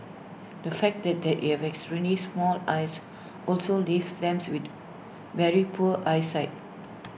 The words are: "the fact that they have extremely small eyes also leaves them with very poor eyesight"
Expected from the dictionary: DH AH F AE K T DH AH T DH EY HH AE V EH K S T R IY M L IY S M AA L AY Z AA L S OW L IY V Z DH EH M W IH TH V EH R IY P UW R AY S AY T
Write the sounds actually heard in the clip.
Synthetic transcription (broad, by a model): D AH F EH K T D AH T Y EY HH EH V EH K S T R IY M L IY S M AA L AY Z AA L S OW L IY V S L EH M W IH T V EH R IY P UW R AY S AY T